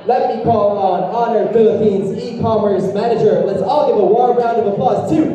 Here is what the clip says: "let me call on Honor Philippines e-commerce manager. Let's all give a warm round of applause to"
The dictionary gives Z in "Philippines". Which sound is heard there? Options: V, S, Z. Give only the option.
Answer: Z